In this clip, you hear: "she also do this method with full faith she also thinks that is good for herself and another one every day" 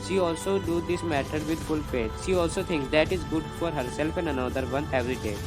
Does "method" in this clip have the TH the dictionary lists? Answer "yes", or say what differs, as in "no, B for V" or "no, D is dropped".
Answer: no, T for TH